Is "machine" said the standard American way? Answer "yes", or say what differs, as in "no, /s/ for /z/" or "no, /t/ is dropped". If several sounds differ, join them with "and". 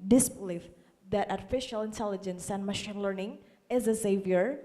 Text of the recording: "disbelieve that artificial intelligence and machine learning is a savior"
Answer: yes